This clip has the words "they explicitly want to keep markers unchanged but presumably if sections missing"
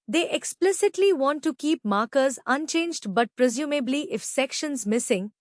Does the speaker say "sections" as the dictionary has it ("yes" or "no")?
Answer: yes